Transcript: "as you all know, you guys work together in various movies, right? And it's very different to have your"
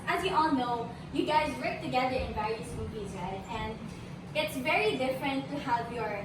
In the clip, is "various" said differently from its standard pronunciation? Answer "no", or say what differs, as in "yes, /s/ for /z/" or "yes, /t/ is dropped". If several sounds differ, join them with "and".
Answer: yes, /ɹ/ is dropped